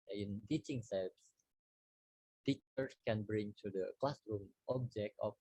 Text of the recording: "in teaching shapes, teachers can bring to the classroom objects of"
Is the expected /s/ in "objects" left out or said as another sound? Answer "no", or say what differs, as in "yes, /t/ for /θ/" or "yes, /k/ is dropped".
yes, /s/ is dropped